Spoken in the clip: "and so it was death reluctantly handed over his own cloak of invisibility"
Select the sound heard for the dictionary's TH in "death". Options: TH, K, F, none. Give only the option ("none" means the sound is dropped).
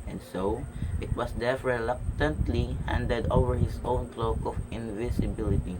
F